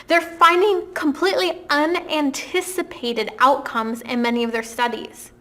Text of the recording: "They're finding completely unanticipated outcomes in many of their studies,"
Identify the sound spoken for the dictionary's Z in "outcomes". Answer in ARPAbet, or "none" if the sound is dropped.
Z